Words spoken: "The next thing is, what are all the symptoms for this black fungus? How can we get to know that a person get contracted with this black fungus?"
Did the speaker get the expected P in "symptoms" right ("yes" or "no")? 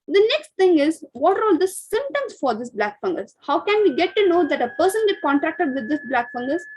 no